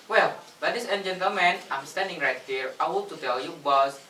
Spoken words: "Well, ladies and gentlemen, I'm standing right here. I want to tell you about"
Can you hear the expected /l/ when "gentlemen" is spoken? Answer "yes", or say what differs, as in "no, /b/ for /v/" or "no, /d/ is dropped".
no, /l/ is dropped